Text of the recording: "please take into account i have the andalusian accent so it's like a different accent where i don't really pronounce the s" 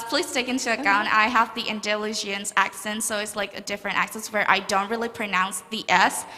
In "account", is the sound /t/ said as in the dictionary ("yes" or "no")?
no